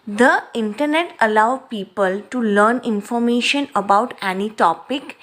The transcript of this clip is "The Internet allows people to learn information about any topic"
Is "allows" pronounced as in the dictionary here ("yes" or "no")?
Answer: no